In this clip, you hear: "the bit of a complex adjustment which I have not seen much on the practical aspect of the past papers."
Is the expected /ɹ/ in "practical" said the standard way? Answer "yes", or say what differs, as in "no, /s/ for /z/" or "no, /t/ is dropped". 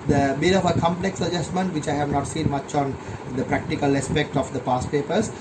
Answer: yes